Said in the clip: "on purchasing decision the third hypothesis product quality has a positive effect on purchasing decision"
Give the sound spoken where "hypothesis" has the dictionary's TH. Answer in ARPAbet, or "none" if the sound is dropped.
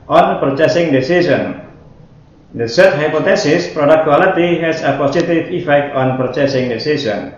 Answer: T